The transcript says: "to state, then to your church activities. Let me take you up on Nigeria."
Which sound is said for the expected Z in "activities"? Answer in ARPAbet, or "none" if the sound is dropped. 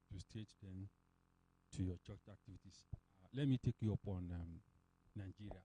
S